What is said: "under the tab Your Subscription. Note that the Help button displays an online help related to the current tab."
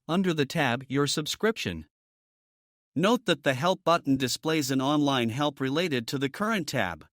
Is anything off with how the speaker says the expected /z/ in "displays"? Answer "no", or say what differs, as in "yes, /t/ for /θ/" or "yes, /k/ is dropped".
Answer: no